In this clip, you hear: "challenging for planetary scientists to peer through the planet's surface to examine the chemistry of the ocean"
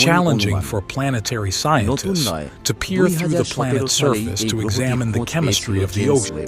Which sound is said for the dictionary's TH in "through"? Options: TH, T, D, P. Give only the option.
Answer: TH